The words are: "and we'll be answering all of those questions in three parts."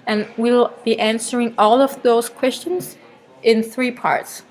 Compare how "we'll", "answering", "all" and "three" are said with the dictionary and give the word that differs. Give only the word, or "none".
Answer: none